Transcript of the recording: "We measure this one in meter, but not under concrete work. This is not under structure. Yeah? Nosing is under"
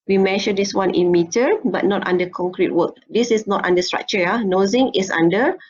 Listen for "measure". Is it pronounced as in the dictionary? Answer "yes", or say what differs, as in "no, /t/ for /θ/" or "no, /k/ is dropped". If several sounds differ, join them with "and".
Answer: no, /ʃ/ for /ʒ/